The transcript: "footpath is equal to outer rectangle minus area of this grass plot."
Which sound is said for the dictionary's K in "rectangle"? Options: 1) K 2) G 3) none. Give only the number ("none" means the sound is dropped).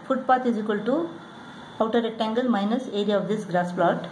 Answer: 3